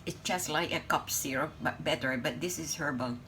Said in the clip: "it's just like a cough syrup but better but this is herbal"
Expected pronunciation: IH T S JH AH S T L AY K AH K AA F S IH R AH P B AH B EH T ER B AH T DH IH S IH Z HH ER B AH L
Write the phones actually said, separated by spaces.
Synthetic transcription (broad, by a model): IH T S JH AH S T L AY K AH K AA P S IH R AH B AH B EH T ER B AH T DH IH S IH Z HH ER B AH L